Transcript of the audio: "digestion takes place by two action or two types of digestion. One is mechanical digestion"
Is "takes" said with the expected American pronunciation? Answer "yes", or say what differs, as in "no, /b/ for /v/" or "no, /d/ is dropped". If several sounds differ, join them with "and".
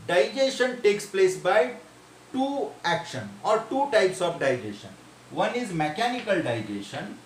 yes